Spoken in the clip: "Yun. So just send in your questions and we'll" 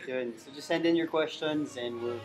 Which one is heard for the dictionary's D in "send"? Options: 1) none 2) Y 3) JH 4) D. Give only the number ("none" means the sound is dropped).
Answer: 4